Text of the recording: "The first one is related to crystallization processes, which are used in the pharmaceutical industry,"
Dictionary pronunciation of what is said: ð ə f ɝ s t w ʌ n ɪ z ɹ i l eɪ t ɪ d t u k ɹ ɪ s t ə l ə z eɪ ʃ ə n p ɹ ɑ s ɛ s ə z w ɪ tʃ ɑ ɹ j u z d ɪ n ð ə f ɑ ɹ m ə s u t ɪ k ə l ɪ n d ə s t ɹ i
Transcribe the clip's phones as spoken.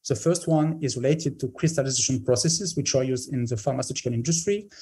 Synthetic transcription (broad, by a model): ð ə f ɝ s t w ʌ n ɪ z ɹ i l eɪ t ɪ d t u k ɹ ɪ s t ə l ə z eɪ ʃ ə n p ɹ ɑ s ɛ s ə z w ɪ tʃ ɑ ɹ j u z d ɪ n ð ə f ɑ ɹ m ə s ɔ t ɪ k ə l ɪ n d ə s t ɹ i